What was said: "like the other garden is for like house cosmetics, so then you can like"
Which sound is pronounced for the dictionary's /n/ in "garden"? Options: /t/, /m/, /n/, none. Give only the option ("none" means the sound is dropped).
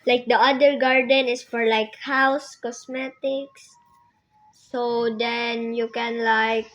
/n/